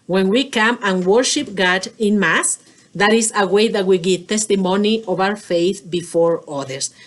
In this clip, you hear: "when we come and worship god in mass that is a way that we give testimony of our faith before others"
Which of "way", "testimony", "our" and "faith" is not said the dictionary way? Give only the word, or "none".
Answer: our